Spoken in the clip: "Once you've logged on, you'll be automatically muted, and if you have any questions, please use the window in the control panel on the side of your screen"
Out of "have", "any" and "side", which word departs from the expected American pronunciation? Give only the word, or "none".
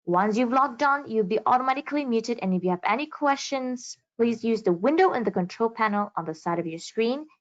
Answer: none